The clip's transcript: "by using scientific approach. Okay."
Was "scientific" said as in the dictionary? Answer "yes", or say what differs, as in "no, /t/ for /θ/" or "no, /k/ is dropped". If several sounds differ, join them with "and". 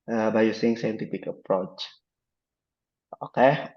no, /p/ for /f/